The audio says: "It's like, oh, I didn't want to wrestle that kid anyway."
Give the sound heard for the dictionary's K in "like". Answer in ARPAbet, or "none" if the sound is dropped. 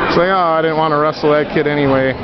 none